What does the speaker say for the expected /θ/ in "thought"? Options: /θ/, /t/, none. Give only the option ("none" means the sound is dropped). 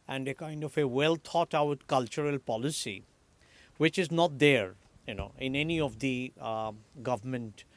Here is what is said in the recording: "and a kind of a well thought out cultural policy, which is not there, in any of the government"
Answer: /t/